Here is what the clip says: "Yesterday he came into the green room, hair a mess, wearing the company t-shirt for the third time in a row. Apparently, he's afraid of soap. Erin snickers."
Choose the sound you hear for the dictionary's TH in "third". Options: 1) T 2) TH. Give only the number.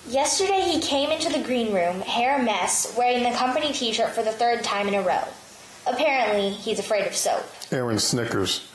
2